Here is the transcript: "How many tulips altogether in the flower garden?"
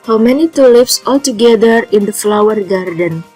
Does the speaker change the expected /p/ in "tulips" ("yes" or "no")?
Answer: yes